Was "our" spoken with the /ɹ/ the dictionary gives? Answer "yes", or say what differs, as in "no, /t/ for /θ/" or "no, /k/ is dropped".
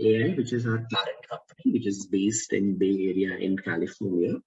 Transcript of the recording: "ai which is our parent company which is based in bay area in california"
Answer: yes